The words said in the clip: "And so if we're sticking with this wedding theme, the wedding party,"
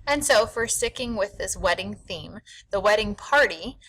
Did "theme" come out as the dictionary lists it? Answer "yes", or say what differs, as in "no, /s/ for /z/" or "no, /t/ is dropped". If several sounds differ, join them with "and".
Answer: yes